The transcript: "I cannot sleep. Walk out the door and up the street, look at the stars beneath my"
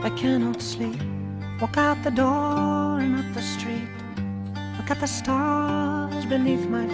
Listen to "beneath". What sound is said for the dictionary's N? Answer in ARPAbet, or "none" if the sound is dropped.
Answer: N